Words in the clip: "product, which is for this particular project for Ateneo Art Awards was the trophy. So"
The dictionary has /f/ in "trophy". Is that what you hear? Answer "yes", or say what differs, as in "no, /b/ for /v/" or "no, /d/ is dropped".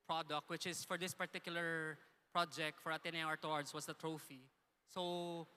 yes